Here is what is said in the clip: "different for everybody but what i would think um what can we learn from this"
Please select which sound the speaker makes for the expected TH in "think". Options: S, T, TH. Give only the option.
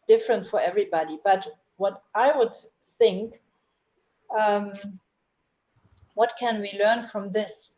TH